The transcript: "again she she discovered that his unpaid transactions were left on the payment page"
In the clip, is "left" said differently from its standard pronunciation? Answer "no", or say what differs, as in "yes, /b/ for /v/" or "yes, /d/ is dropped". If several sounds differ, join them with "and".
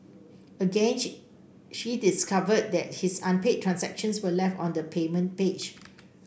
no